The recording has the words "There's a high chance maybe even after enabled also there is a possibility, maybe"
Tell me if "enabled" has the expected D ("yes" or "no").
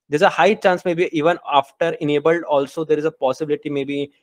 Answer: yes